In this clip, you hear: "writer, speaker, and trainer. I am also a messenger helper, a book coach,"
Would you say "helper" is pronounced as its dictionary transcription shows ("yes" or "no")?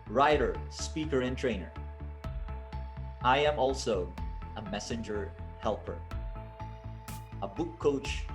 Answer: yes